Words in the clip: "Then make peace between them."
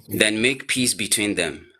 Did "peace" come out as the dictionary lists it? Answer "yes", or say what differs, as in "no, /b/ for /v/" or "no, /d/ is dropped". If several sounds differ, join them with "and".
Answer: yes